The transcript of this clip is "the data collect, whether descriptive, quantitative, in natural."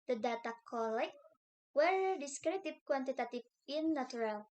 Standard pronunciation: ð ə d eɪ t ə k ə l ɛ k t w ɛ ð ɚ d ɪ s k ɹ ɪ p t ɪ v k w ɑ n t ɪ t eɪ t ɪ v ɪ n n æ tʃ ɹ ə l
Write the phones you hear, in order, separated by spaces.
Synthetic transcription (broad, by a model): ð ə d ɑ t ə k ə l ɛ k w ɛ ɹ d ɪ s k ɹ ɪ t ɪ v k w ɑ n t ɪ t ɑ t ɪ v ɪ n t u ɹ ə l